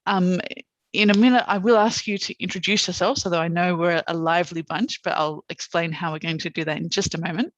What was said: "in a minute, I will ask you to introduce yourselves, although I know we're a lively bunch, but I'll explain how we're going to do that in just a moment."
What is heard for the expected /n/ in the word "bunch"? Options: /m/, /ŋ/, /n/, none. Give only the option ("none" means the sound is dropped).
/n/